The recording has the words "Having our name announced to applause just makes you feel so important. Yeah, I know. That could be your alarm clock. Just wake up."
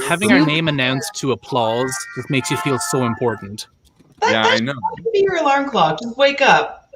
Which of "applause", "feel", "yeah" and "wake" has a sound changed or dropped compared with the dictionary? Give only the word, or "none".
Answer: none